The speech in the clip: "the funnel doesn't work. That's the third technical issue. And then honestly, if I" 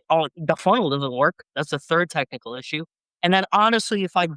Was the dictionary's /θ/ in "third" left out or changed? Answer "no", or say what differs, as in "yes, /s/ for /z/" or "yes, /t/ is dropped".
no